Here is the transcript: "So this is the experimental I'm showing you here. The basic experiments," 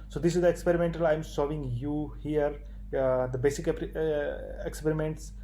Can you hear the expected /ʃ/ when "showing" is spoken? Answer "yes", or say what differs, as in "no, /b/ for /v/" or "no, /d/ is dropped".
no, /s/ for /ʃ/